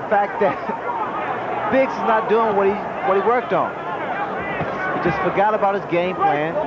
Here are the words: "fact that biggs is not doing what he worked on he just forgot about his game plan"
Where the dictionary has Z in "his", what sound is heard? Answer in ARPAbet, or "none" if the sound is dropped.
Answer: Z